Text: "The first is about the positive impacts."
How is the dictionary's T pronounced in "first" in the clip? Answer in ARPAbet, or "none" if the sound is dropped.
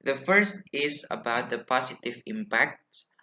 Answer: T